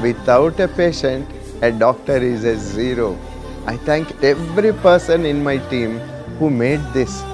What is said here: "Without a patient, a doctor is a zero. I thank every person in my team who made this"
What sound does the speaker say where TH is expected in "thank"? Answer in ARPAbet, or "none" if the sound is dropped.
T